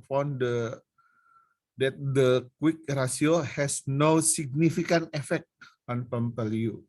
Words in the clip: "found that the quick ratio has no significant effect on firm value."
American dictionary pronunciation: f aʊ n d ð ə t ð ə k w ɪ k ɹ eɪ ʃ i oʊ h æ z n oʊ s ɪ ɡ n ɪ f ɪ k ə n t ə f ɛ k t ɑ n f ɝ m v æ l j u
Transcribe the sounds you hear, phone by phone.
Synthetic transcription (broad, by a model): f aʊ n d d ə t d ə k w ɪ k ɹ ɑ s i oʊ h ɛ s n oʊ s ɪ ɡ n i f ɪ k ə n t ə f ɛ k t ɑ n p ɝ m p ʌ l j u